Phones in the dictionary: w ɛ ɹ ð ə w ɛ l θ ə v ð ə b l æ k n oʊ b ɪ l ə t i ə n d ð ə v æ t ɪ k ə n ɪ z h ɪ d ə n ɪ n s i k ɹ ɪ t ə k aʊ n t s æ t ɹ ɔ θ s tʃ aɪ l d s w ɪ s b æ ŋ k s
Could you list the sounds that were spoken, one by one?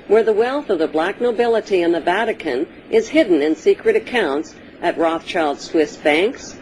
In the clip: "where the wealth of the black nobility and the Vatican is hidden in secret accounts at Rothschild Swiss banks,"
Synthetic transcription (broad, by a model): w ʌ ɹ ð ə w ɛ l θ ə v ð ə b l æ k n oʊ b ɪ l ə t i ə n ð ə v æ t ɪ k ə n ɪ z h ɪ d n ɪ n s i k ɹ ɪ t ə k aʊ n t s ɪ t ɹ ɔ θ tʃ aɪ l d s w ɪ s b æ ŋ k s